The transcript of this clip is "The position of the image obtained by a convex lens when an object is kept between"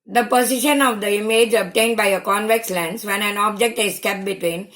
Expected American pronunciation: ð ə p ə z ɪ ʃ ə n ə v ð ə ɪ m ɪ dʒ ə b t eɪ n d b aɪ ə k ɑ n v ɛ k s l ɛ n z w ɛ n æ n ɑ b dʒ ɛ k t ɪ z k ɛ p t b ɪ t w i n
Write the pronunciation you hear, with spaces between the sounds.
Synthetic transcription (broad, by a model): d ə p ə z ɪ ʃ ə n ə v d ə ɪ m ɪ dʒ ə b t eɪ n d b aɪ ə k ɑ n v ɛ k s l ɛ n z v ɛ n æ n ɑ b dʒ ɛ k t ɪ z k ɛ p b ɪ t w i n